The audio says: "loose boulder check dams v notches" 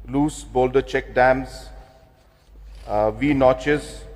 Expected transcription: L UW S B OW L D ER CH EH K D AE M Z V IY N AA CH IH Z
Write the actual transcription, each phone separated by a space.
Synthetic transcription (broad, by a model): L UW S B OW L D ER CH EH K D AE M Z V IY N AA CH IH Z